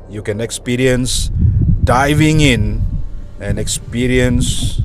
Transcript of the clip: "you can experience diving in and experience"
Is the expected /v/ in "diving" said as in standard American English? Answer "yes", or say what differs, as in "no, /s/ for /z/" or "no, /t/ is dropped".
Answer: yes